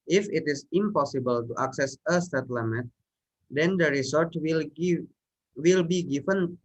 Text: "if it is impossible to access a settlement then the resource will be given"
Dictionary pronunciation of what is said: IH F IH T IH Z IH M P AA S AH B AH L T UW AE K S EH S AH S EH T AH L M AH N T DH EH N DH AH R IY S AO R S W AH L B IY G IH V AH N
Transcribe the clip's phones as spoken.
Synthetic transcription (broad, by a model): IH F IH T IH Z IH M P AA S AH B AH L T UW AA K S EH S AH S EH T L M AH T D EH N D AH R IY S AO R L W AH L B IY G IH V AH N